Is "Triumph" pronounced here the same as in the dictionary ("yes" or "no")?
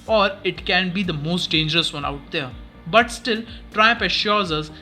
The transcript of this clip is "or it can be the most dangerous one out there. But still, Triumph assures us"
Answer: no